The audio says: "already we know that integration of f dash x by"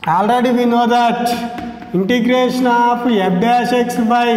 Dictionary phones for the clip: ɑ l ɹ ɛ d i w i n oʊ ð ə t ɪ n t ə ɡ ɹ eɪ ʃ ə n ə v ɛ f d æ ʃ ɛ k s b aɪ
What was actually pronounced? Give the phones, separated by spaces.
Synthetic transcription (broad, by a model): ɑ l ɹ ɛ d i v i n oʊ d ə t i n t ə ɡ ɹ eɪ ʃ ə n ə p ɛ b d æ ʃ ɛ k s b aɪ